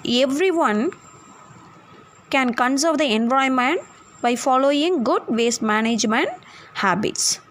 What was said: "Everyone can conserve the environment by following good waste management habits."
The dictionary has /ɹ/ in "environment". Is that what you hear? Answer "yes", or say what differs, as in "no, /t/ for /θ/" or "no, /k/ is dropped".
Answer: no, /ɹ/ is dropped